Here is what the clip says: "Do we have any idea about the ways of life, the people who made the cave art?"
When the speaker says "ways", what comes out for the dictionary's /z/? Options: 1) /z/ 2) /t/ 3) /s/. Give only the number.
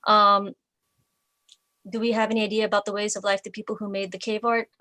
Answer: 1